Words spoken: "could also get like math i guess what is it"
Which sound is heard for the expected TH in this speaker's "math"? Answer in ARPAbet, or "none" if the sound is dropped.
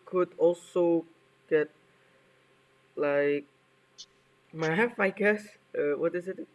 F